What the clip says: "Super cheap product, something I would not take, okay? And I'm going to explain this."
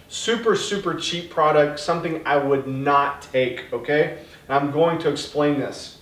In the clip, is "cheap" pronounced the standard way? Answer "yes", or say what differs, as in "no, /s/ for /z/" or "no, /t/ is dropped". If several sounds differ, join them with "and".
no, /s/ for /tʃ/